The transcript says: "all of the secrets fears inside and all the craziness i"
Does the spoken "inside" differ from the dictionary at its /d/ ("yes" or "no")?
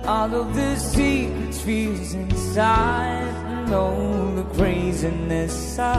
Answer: yes